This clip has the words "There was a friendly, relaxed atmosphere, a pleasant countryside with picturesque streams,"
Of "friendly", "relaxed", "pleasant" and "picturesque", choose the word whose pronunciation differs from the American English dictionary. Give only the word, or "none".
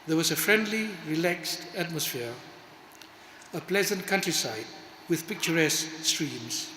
none